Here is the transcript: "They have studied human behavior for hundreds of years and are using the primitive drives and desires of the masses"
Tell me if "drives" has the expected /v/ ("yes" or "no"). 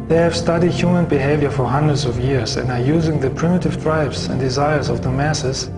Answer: no